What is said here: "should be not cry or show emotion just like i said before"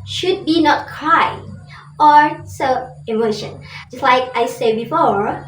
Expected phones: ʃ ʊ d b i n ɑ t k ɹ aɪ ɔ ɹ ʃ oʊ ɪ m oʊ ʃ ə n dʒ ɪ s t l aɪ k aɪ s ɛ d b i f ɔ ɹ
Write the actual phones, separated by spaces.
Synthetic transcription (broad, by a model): ʃ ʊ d b i n ɑ t k ɹ aɪ ɔ ɹ s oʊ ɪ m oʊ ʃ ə n dʒ ɪ s t l aɪ k aɪ s ɛ d b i f ɔ ɹ